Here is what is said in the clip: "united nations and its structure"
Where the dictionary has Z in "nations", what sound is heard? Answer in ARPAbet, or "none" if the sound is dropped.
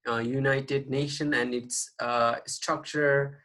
none